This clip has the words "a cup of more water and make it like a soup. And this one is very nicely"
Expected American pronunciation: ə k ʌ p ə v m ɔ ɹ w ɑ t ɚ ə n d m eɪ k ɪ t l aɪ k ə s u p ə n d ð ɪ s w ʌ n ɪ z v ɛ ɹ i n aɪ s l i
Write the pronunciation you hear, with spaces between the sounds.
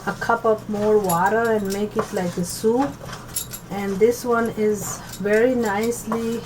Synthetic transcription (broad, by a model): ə k ʌ p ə p m ɔ ɹ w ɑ t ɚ ə n d m eɪ k ɪ t l aɪ k ə s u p ə n d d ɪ s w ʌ n ɪ z v ɛ ɹ i n aɪ s l i